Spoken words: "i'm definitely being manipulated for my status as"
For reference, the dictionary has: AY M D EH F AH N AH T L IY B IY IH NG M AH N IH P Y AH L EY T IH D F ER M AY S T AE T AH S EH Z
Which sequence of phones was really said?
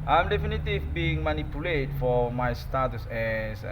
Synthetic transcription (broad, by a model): AY M D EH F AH N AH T IY B IY IH NG M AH N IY P Y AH L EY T F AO M AY S T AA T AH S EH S